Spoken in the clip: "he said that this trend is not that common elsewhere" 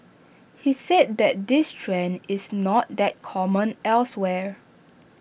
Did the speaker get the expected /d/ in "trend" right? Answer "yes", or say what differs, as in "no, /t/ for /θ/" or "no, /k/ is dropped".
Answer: no, /d/ is dropped